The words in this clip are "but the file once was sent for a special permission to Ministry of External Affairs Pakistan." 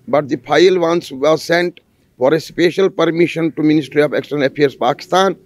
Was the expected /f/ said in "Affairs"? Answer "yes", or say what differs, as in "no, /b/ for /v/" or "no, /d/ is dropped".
no, /p/ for /f/